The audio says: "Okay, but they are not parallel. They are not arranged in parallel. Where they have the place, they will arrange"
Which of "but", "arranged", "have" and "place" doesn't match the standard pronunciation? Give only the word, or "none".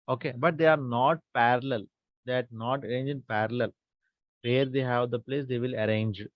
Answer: arranged